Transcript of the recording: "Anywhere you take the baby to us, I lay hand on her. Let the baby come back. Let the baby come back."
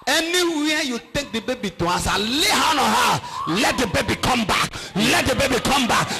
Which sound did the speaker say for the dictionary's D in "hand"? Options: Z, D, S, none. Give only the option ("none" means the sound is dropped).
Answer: none